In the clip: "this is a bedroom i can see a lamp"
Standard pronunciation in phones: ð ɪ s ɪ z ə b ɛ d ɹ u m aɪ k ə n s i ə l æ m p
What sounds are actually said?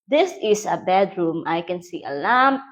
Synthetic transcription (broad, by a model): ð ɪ s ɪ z ə b ɛ d ɹ u m aɪ k ə n s i ə l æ m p